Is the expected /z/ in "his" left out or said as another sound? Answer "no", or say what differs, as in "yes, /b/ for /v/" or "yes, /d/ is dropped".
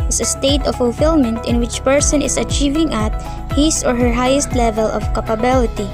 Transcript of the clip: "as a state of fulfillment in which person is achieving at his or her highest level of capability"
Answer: yes, /s/ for /z/